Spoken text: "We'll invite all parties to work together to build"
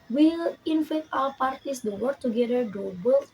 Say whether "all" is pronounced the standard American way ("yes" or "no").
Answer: no